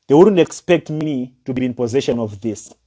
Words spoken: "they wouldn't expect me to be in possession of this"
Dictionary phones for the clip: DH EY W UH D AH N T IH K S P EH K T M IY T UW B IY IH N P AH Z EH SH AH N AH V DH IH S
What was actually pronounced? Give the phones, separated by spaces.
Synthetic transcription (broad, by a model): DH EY W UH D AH N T IH K S P EH K T M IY T UW B IY IH N P AH Z EH SH AH N AH V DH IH S